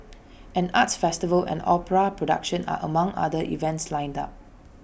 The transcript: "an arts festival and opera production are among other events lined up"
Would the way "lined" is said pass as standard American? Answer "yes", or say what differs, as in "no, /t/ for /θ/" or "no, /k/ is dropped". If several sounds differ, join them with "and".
yes